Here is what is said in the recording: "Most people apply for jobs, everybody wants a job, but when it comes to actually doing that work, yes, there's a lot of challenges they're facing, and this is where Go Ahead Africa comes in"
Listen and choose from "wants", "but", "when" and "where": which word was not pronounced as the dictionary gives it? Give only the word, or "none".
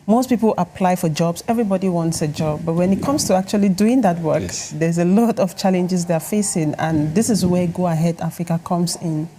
none